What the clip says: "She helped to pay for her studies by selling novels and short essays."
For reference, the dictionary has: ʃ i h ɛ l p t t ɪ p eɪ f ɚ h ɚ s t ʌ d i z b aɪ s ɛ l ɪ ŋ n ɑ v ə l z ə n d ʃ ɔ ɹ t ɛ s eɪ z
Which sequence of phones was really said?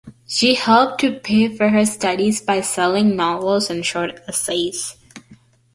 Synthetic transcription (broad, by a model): ʃ i h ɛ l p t t ɪ p eɪ f ɚ h ɚ s t ʌ d i z b aɪ s ɛ l ɪ ŋ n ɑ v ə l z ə n ʃ ɔ ɹ t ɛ s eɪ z